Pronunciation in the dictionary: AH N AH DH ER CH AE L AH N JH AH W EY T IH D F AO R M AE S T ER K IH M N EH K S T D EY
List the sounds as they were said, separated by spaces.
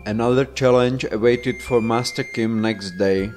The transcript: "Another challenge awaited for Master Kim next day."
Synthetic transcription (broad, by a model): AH N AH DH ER CH AE L AH N JH AH W EY T IH D F AO R M AE S T ER K IH M N EH K S T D EY